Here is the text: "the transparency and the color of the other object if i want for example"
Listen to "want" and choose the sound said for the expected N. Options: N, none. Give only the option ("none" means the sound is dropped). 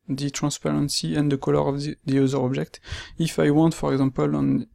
N